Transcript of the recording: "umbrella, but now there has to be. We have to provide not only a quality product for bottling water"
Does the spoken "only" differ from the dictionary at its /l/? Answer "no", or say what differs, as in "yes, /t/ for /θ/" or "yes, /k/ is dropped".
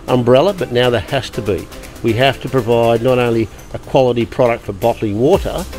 no